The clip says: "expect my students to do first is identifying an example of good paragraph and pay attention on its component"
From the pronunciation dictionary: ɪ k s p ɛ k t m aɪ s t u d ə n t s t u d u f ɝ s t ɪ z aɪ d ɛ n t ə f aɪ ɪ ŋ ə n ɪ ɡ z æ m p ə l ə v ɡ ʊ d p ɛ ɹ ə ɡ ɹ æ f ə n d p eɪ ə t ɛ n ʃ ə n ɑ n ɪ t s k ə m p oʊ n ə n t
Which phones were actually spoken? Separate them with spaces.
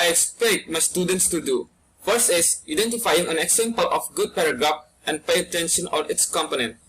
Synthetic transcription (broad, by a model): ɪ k s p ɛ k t m aɪ s t u d ə n t s t u d u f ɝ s ɪ s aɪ d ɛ n t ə f aɪ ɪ ŋ ə n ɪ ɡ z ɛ m p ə l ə f ɡ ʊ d p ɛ ɹ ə ɡ ɹ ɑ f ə n p eɪ ə t ɛ n ʃ ə n ɑ n ɪ t s k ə m p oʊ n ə n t